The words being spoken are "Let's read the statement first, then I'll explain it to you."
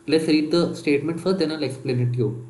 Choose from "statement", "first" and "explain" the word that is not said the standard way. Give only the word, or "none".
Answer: first